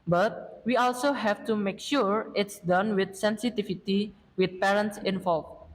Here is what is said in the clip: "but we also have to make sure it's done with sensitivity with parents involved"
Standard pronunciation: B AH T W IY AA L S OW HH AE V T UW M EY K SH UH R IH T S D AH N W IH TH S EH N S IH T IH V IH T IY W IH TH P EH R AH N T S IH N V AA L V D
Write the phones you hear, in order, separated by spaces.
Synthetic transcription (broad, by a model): B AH T W IY AA L S OW HH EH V T UW M EY K SH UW R IH T S D AH N W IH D S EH N S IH T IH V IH T IY W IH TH P EH R AH N T S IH N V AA L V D